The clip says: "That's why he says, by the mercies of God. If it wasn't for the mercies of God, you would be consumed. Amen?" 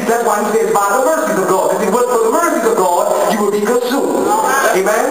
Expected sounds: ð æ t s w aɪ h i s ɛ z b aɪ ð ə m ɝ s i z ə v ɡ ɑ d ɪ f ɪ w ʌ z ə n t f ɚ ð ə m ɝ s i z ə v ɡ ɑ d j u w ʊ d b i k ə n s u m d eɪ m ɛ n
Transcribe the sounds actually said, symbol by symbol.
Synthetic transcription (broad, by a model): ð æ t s w aɪ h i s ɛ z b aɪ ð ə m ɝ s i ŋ ə v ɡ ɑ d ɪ ɪ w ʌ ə t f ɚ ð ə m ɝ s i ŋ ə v ɡ ɑ d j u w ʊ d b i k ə s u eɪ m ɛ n